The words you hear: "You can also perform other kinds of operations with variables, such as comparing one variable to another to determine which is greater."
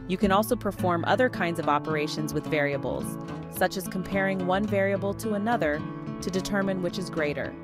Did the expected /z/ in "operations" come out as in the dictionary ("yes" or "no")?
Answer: yes